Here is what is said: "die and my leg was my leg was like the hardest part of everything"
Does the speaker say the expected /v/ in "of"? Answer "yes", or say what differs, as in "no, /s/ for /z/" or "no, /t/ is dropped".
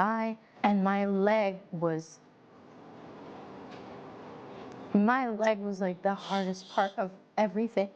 yes